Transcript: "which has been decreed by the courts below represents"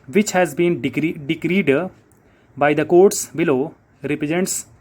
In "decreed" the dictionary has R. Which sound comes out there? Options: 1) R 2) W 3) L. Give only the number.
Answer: 1